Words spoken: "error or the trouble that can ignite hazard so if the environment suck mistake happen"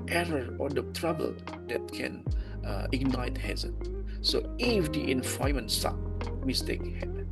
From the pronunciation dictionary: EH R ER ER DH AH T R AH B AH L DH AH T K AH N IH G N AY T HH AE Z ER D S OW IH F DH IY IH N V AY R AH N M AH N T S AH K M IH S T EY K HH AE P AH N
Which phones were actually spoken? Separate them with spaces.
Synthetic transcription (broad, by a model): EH R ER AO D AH T R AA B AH L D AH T K AH N IH G N AY T HH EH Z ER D S OW IH F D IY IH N F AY AH M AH N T S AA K M IH S T EY K HH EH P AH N